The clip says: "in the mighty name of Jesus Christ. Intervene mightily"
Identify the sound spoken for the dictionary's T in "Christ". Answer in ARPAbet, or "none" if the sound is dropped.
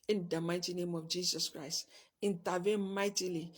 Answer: T